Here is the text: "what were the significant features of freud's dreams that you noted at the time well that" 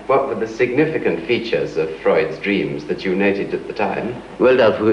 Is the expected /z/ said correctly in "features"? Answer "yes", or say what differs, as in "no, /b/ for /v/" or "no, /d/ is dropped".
yes